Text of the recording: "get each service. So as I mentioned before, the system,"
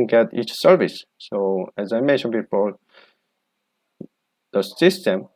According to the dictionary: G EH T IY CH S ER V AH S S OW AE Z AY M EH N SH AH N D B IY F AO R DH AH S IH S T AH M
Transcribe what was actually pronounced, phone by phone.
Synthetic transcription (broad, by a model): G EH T IY CH S ER V AH S S OW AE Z AY M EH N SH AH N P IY P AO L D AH S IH S T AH M